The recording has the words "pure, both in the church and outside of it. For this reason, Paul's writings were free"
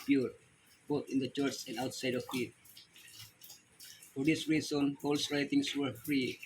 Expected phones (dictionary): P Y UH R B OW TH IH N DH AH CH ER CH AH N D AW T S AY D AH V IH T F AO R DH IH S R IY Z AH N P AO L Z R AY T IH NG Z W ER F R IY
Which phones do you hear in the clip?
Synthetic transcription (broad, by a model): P Y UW R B OW T IH N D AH CH ER CH AH N D AW T S AY D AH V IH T F AO R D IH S R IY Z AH N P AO L S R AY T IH NG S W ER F R IY